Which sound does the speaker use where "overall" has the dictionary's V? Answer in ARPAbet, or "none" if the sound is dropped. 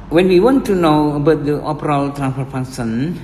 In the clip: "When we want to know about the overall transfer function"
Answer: P